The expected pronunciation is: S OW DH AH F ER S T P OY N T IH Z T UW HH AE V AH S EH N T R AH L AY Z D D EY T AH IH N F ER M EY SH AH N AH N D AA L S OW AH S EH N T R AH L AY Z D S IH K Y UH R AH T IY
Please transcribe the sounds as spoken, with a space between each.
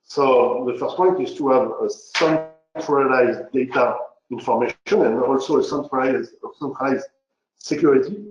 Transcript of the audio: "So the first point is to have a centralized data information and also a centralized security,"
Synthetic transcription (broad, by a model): S OW DH AH F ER S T P OY N T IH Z T UW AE V AH S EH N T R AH L AY Z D D EY T AH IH N F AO M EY SH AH N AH N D AA L S OW AH S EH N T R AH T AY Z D S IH K Y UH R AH T IY